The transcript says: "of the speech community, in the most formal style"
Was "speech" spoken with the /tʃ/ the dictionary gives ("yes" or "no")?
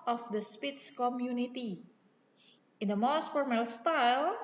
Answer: no